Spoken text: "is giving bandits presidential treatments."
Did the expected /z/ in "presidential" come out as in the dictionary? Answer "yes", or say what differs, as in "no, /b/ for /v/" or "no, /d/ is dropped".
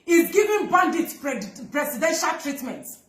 no, /s/ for /z/